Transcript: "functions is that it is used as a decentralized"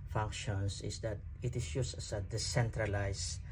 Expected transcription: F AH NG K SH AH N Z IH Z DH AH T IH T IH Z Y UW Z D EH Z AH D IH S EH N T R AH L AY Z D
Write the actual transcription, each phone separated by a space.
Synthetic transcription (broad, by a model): F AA NG K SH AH N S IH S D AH T IH T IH S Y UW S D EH S AH D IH S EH N T R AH L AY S